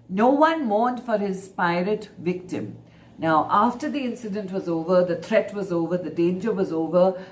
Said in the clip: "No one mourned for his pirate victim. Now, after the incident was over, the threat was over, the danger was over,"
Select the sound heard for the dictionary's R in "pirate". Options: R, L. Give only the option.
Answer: R